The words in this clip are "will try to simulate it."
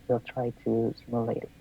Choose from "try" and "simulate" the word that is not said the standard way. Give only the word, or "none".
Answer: simulate